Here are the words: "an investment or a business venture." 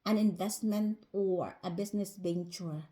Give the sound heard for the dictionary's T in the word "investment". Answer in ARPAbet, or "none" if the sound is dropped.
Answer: T